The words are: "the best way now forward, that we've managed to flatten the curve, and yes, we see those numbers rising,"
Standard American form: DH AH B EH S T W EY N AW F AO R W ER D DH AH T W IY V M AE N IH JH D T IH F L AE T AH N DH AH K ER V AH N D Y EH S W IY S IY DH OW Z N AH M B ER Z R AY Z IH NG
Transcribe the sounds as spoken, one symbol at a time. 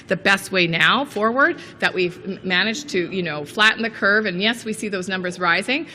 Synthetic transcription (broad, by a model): DH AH B EH S T W EY N AW F AO R W ER D DH AH T W IY V M AE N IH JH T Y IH F L AE T N DH AH K ER V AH N Y EH S W IY S IY DH OW Z N AH M B ER Z R AY Z IH NG